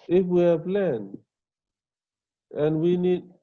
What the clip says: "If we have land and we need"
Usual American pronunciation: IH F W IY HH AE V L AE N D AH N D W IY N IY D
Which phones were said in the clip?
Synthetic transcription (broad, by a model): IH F W IY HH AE P L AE N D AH N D W IY N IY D